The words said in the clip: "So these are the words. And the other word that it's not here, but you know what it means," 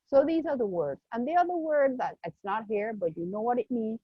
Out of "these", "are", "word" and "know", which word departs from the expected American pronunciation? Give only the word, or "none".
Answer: none